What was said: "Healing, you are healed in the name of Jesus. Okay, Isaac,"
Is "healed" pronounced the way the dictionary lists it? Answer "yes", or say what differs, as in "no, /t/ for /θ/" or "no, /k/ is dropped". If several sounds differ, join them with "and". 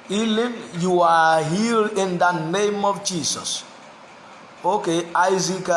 no, /d/ is dropped